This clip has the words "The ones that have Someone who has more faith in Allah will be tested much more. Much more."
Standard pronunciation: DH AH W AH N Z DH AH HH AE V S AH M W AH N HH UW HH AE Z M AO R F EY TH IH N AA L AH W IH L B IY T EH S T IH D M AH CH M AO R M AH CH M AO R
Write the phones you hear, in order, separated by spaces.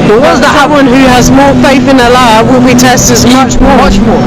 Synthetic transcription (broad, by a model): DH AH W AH Z DH AH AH W AH N HH UW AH Z M AO R F EY TH IH N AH L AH W IH L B IY T EH S T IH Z M AH CH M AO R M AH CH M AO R